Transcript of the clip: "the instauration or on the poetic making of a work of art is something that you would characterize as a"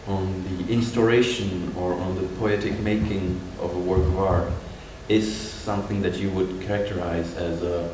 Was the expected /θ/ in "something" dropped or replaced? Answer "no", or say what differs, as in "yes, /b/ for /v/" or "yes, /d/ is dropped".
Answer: no